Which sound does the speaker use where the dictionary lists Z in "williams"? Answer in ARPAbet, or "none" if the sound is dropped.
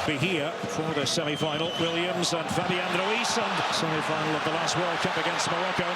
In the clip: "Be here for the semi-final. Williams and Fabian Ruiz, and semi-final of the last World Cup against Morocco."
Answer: Z